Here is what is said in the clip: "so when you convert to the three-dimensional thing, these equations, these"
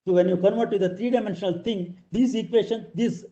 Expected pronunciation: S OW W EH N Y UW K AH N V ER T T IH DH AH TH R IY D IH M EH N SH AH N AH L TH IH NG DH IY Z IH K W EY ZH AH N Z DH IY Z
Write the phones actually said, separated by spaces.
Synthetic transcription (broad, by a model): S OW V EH N Y UW K AH N V ER T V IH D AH T R IY D IH M EH N SH AH N AH L T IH NG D IY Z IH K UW EY SH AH N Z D IY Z